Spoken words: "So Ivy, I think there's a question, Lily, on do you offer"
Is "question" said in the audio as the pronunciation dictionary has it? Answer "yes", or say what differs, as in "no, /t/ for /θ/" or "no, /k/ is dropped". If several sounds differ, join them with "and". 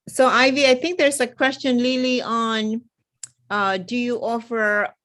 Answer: yes